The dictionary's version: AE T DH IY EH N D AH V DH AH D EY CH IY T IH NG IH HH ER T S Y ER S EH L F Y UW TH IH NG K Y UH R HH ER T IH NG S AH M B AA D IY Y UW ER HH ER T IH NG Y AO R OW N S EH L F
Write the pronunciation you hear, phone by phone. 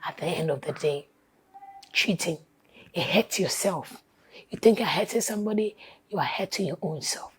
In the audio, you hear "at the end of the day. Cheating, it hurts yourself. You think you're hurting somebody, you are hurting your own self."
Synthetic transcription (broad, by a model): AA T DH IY EH N D AH V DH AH D EY CH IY T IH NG IH HH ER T Y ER S EH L F Y UW TH IH NG K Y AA HH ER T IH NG S AH M B AA D IY Y UW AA HH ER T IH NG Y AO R OW N S EH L F